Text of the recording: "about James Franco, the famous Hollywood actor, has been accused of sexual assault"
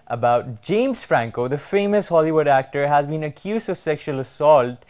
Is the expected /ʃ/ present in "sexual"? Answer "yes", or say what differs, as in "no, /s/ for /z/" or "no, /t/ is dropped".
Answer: yes